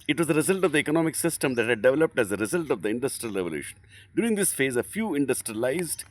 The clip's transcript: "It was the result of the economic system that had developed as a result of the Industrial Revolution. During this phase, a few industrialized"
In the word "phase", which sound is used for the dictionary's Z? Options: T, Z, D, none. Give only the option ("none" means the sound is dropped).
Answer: Z